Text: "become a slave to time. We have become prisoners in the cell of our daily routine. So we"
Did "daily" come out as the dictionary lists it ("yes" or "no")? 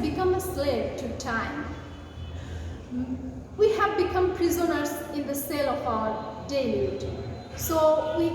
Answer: no